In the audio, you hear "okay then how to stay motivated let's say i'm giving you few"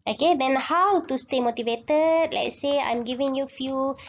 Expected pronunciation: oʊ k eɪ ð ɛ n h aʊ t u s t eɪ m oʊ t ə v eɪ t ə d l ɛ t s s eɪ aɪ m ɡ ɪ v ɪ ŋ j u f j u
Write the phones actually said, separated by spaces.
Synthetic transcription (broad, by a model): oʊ k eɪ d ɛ n h aʊ t u s t eɪ m oʊ t ə v eɪ t ə d l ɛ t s s eɪ aɪ m ɡ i v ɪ ŋ j u f j u